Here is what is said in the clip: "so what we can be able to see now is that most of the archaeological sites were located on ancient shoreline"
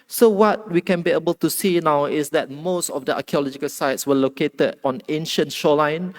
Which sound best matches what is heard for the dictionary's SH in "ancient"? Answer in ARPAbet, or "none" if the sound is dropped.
SH